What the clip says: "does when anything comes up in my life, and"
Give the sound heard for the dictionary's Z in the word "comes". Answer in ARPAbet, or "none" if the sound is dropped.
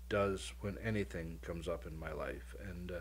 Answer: Z